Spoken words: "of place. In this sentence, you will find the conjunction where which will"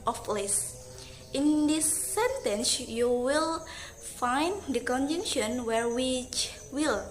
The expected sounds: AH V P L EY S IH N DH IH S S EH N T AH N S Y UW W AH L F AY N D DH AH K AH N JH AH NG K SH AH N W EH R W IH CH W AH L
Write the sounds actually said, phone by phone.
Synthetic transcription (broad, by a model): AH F L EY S IH N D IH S S EH N T AH N S Y UW W AH L F AY N D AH K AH N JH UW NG SH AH N W EH R W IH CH W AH L